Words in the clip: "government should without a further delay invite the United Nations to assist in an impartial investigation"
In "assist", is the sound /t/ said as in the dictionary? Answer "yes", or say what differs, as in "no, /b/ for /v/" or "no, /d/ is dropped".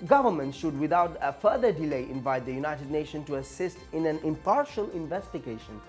yes